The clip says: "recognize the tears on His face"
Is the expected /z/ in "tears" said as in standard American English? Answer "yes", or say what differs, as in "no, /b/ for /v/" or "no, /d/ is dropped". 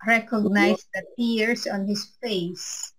no, /s/ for /z/